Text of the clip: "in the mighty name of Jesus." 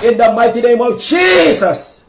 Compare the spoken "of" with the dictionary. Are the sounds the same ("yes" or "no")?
no